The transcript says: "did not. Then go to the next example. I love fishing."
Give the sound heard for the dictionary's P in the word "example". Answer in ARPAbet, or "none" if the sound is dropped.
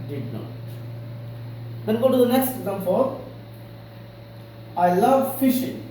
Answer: F